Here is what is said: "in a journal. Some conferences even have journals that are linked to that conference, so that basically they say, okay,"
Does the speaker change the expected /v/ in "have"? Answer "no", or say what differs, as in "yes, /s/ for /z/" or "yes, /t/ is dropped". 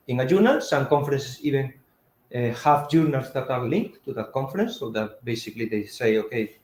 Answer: yes, /f/ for /v/